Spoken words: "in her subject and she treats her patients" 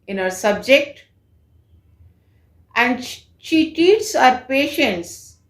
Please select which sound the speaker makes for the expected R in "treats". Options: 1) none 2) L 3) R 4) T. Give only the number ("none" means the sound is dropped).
1